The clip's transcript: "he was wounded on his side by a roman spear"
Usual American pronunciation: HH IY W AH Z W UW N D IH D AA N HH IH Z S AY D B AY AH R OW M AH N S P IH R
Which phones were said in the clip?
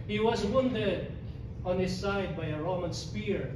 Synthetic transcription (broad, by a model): HH IY W AH Z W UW N D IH D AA N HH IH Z S AY D B AY AH R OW M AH N S P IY R